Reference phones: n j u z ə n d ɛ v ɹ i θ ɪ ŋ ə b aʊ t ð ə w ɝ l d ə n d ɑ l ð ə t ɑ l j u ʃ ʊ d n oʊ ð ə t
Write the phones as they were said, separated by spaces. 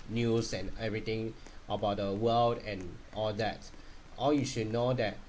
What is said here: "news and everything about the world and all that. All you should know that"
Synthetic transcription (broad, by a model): n j u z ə n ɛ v ɹ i t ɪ ŋ ə b aʊ t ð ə w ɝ l d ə n ɑ l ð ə t ɑ l j u ʃ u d n oʊ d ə t